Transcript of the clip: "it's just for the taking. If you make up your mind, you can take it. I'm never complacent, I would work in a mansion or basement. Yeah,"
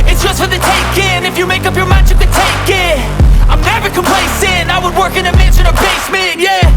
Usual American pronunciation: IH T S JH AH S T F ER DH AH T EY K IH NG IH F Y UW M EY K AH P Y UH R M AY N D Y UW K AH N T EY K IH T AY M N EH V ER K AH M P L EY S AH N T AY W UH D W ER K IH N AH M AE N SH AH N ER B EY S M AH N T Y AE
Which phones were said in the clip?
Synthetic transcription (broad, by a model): IH T S JH AH S T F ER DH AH T EY K IH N IH F Y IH M EY K AH P Y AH R M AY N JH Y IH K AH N T EY K IH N AY M N EH V ER K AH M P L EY S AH N AY W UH D W ER K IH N AH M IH SH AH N ER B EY S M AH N Y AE